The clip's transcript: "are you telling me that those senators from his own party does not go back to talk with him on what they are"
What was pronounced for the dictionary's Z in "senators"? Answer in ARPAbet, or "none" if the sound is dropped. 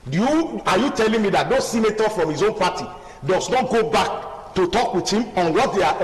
none